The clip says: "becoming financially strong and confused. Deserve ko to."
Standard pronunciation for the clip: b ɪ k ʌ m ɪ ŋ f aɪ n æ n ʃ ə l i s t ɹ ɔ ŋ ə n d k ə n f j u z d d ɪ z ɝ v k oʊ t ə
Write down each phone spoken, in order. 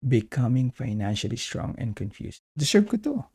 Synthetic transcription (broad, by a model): b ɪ k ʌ m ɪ ŋ f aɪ n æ n ʃ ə l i s t ɹ ɔ ŋ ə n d k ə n f j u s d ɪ s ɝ b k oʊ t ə